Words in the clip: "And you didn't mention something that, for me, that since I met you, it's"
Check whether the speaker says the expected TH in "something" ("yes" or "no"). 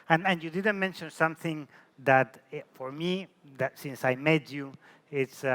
yes